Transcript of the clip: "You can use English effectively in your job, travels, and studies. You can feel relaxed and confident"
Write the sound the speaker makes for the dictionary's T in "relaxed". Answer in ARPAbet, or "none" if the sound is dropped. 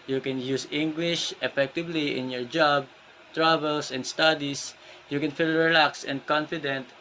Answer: none